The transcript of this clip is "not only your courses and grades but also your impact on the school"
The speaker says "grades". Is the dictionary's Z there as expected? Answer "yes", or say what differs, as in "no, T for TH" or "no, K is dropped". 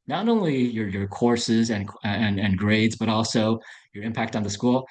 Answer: yes